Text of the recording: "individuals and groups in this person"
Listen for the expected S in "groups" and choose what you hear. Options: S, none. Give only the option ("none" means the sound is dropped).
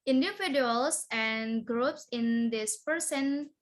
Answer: S